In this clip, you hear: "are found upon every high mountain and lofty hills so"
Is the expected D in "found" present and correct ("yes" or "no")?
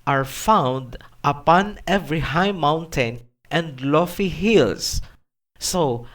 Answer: yes